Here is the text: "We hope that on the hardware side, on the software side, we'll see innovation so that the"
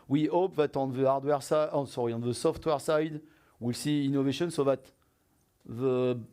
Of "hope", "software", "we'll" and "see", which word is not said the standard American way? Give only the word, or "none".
none